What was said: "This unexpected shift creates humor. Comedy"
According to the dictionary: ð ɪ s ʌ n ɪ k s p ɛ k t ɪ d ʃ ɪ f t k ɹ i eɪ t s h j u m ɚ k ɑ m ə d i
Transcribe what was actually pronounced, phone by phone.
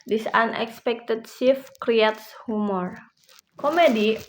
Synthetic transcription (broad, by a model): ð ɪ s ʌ n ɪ k s p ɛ k t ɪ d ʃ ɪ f k ɹ i eɪ t s h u m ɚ k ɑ m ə d i